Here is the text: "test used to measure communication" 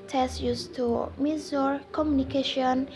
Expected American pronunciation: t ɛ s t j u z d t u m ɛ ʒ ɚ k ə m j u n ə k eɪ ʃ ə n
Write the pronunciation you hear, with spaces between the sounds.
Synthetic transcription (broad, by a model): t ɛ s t j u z t u m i z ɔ k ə m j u n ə k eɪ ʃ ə n